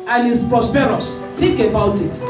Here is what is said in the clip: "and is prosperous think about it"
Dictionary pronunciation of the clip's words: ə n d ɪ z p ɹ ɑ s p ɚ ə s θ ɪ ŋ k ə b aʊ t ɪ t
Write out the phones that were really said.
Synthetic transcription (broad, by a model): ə n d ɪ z p ɹ ɑ s p ɚ ə s t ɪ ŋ k ə b aʊ t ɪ t